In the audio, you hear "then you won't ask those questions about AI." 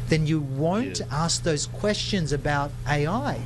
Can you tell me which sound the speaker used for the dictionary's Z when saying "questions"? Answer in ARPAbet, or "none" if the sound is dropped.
Z